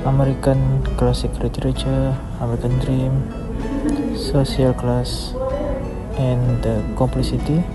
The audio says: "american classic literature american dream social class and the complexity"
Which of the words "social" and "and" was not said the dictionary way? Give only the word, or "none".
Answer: social